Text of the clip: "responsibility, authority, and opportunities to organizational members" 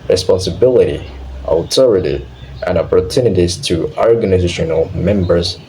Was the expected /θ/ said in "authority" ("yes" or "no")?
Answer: no